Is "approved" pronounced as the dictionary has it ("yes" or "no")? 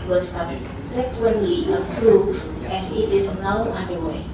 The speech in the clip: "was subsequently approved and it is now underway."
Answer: no